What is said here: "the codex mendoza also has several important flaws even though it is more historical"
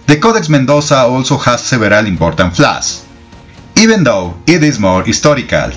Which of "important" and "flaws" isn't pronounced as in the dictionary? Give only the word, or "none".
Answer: flaws